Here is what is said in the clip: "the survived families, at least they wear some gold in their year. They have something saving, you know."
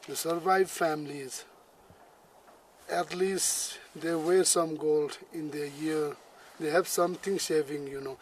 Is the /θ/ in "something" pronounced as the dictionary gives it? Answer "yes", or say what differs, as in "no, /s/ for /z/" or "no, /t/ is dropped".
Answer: no, /t/ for /θ/